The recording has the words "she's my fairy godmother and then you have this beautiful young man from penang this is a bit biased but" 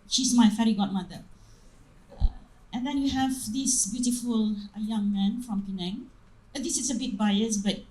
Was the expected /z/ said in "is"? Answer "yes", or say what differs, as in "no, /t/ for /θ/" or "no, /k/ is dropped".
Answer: no, /s/ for /z/